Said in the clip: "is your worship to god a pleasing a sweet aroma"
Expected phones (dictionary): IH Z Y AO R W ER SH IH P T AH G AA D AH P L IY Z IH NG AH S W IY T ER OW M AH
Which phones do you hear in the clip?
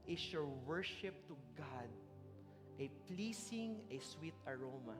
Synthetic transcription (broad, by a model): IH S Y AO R W ER SH IH P T AH G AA D AH P L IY S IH NG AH S W IY T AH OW M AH